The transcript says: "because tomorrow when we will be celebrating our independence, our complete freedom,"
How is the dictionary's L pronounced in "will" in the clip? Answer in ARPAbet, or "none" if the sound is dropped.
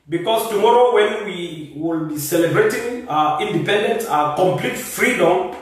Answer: L